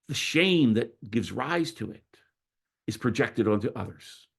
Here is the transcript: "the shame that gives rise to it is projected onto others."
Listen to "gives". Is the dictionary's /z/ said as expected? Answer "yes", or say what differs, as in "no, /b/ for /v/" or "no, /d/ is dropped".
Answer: yes